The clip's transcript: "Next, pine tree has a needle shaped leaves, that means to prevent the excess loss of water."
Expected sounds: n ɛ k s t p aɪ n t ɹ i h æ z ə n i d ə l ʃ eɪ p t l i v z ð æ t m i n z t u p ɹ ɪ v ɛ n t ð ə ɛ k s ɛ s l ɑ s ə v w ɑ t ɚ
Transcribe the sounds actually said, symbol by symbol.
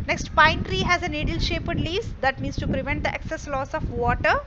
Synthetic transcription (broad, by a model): n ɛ k s t p aɪ n t ɹ i h æ z ə n i d ə l ʃ eɪ p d l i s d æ t m i n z t u p ɹ ɪ v ɛ n t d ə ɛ k s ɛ s l ɑ s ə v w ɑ t ɚ